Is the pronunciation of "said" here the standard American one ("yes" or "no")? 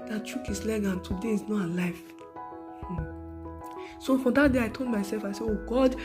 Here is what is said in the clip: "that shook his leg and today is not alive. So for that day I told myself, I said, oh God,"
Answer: no